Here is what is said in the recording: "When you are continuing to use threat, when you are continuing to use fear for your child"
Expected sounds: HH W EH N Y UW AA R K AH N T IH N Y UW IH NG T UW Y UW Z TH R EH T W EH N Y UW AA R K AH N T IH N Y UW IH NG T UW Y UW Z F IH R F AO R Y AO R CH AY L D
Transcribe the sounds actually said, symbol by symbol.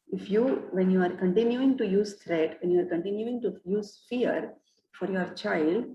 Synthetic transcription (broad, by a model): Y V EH N Y UW AA R K AH N T IH N Y UW IH NG T UW Y UW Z T R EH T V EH N Y UW AA R K AH N T IH N Y UW IH NG T UW Y UW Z F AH R F AO R Y AO R CH AY L D